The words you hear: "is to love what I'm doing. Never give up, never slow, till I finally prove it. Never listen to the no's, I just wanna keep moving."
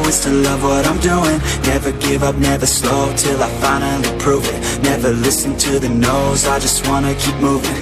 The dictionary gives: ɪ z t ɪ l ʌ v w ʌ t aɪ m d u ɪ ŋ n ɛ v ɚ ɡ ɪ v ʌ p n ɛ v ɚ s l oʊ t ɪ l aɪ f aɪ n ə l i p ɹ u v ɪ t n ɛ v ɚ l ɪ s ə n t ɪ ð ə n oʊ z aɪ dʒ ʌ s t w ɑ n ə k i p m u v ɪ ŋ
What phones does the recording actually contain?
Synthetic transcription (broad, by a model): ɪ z t ɪ l ʌ v w ʌ t aɪ m d u ɪ ŋ n ɛ v ɚ ɡ ɪ v ʌ p n ɛ v ɚ s l oʊ t ɪ l aɪ f aɪ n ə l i p ɹ u v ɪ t n ɛ v ɚ l ɪ s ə n t ɪ ð ə n oʊ z aɪ dʒ ʌ s t w ɑ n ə k i p m u v ɪ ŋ